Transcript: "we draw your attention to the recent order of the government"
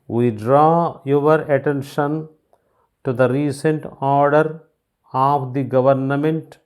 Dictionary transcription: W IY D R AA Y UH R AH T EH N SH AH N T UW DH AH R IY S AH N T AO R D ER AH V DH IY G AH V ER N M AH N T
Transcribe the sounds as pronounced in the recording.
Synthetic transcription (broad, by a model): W IY D R AA Y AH R AH T EH N SH AH N T UW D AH R IY S AH N T AO R D ER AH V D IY G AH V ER N M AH N T